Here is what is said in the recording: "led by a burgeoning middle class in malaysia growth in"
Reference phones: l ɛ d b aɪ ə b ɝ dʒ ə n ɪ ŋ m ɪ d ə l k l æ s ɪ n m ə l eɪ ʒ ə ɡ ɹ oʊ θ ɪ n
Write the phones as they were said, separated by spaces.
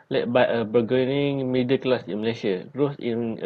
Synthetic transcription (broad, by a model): l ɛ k b aɪ ə b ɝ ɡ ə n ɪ ŋ m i d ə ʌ k l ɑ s ɪ n m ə l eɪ ʃ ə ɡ ɹ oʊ s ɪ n